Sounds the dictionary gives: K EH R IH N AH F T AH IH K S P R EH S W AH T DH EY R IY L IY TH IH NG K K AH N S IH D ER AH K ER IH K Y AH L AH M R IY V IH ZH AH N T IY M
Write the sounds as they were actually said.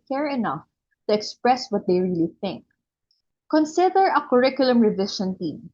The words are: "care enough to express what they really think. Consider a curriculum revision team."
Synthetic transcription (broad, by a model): K EH R IH N AH F T AH IH K S P R EH S W AH T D EY R IY L IY TH IH NG K K AH N S IH D ER AH K ER IH K Y AH L AH M R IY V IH SH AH N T IY M